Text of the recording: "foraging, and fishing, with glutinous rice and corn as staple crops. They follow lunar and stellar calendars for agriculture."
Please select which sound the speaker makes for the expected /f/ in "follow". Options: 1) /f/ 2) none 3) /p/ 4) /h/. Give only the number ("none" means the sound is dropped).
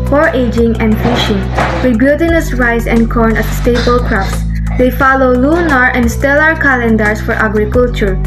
1